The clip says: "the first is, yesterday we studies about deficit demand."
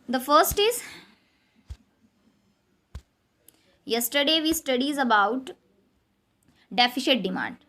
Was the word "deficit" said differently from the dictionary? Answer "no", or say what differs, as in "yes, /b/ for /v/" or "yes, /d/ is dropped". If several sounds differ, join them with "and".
yes, /ʃ/ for /s/